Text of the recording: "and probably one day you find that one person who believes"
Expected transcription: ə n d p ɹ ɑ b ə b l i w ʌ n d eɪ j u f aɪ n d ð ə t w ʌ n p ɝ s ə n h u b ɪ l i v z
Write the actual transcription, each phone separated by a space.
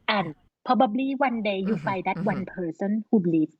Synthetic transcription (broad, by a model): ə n p ɑ b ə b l i w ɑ n d eɪ j u f aɪ d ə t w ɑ n p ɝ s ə n h u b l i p